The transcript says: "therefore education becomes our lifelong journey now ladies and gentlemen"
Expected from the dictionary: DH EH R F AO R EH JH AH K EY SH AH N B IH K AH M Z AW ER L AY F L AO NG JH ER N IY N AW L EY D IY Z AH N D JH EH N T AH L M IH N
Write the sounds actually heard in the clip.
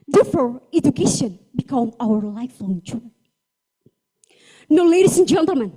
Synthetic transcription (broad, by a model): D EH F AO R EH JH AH K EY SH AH N B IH K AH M AW ER L AY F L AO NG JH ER N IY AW L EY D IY S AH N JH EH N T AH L M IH N